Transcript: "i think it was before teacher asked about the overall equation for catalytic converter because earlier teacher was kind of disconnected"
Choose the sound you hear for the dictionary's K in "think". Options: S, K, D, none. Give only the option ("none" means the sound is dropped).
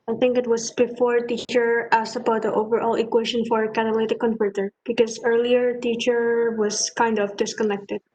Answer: K